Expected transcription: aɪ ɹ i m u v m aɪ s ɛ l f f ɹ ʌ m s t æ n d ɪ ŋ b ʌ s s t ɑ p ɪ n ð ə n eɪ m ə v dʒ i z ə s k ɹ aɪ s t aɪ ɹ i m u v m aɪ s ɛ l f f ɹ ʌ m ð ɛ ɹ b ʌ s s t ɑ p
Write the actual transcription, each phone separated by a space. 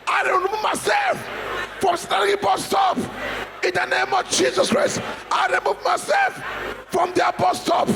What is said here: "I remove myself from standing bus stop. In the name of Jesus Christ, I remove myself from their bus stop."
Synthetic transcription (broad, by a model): aɪ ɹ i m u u m aɪ s ɛ l f f ɹ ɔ m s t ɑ d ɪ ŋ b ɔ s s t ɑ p ɪ n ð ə n eɪ m ə v dʒ i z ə s k ɹ aɪ s t aɪ ɹ i m u v m aɪ s ɛ l f f ɹ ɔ m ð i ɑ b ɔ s s t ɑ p